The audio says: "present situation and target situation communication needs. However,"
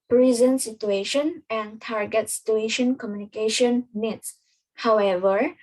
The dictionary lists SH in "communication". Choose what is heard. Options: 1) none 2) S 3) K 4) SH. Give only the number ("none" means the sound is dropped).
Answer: 4